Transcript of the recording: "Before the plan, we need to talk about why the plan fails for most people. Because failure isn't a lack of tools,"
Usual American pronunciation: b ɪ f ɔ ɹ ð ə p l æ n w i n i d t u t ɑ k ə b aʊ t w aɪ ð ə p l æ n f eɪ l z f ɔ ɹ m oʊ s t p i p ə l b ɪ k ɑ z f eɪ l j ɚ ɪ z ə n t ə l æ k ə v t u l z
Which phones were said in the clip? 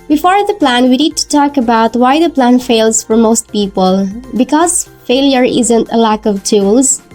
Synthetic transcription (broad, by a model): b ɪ f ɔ ɹ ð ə p l æ n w i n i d t u t ɑ k ə b aʊ t w aɪ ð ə p l æ n f eɪ l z f ɔ ɹ m oʊ s t p i p ə l b ɪ k ɑ z f eɪ l j ɚ ɪ z ə n t ə l æ k ə v t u l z